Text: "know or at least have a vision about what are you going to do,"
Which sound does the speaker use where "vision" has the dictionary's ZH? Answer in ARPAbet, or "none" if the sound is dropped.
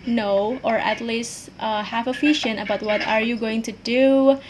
SH